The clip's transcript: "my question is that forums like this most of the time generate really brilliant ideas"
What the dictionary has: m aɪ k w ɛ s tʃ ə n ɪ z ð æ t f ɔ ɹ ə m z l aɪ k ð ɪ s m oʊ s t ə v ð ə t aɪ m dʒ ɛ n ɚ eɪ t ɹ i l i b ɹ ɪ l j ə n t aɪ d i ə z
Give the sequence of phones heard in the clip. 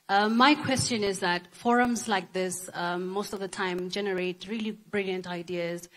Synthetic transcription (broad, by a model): m aɪ k w ɛ s tʃ ə n ɪ z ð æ t f ɔ ɹ ə m z l aɪ k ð ɪ s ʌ oʊ s t ə v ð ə t aɪ m dʒ ɛ n ɚ eɪ t ɹ i l i b ɹ ɪ l j ə n t aɪ d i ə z